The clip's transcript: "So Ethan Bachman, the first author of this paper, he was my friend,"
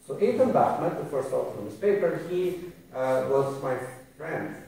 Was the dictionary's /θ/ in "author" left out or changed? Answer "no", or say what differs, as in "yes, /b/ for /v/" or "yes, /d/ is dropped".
yes, /f/ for /θ/